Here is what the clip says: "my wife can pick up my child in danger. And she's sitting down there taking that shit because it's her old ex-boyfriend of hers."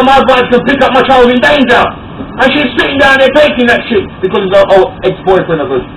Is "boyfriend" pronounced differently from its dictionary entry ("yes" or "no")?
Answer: yes